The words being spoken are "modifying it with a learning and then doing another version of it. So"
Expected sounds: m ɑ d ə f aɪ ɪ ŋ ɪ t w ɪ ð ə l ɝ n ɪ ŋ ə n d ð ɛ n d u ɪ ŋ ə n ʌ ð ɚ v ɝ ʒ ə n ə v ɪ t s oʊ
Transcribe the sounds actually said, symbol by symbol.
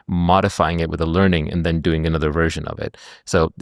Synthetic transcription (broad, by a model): m ɑ d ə f aɪ ɪ ŋ ɪ t w ɪ ð ə l ɝ n ɪ ŋ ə n ð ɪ n d u ɪ ŋ ə n ʌ ð ɚ v ɝ ʒ ə n ə v ɪ t s oʊ